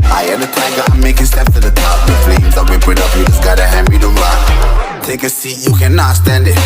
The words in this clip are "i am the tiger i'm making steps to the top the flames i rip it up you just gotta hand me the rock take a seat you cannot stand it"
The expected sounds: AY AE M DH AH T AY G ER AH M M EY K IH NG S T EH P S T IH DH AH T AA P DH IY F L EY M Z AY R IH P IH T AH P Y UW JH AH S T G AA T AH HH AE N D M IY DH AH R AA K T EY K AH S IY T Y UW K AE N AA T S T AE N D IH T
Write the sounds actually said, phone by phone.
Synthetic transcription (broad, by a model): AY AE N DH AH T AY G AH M M EY K IH NG S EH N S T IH DH AH T AA P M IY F L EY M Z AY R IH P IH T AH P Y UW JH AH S G AA T AH HH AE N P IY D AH L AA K T EY K AH S IY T Y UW K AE N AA T S T AE N D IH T